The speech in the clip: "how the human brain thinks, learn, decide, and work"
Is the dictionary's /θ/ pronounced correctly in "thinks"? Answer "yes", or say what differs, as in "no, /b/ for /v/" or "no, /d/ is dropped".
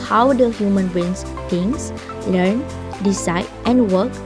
no, /s/ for /θ/